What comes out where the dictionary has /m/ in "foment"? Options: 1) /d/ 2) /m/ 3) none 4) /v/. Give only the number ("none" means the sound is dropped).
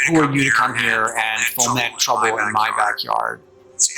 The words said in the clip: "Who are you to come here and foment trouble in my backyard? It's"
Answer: 3